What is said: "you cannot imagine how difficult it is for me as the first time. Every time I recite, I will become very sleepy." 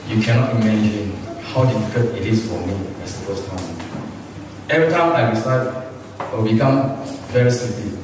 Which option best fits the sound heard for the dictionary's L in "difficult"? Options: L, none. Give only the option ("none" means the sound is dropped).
none